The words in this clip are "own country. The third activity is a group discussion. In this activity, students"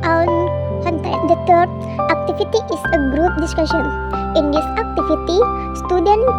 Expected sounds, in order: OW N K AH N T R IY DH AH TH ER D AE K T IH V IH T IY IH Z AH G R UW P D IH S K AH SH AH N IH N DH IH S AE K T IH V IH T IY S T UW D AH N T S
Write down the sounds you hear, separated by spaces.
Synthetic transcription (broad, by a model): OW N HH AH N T IY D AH T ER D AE K T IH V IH T IY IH S AH G R UW P D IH S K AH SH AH N IH N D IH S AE K T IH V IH T IY S T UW D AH N